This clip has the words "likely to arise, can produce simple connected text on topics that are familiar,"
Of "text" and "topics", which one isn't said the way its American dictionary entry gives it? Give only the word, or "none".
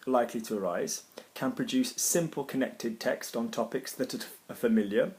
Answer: none